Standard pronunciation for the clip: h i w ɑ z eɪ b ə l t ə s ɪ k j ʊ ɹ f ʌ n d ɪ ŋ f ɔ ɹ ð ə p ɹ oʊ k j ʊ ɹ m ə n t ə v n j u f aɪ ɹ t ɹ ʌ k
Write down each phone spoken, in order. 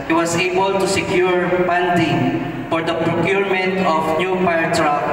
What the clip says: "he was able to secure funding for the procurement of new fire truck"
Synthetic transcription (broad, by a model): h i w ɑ s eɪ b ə l t ə s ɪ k j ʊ ɹ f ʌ n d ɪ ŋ f ɔ ɹ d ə p ɹ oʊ k j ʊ ɹ m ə n t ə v n j u p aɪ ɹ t ɹ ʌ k